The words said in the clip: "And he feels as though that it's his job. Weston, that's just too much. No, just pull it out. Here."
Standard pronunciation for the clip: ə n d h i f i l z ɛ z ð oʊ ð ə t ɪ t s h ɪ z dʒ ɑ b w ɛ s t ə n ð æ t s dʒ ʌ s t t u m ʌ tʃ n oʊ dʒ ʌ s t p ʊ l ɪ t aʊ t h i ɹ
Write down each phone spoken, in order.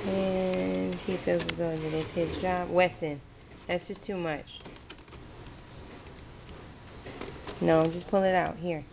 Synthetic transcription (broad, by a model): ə n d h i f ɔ z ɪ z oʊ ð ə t ɪ t s h ɪ z dʒ ɑ b w ɛ s t ə n ð æ t s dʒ ʌ s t t u m ʌ tʃ n oʊ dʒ ʌ s p ʊ l ɪ t aʊ t h i ɹ